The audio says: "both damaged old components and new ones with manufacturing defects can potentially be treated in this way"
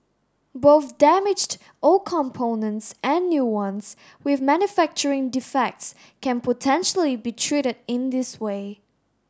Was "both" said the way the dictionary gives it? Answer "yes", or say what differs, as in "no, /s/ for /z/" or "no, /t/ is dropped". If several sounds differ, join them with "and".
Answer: yes